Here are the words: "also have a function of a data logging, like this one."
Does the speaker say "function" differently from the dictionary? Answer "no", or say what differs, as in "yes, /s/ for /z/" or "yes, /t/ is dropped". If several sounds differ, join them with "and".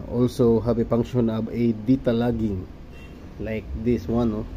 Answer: yes, /p/ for /f/ and /k/ is dropped